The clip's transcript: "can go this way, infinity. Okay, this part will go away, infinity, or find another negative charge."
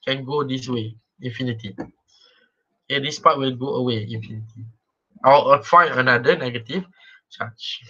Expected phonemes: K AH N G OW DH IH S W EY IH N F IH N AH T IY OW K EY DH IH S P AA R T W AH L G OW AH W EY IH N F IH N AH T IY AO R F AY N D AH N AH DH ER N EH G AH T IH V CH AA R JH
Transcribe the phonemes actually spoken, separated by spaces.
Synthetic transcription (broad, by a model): K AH N G OW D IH S W EY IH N F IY N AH T IY OW K EY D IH S P AA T W AH L G OW AH W EY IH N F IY N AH T IY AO L F AY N AH N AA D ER N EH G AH T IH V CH AA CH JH